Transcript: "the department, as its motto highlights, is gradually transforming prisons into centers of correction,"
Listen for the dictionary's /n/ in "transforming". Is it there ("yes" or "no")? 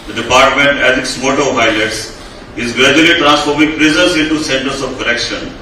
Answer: yes